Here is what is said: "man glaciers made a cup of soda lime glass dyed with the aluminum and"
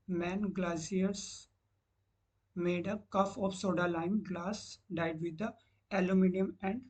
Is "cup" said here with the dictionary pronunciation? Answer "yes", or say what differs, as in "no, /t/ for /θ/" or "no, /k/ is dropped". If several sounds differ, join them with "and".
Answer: no, /f/ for /p/